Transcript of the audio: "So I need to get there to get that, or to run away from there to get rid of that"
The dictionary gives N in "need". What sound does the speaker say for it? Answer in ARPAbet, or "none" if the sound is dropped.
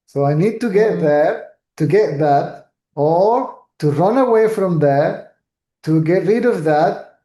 N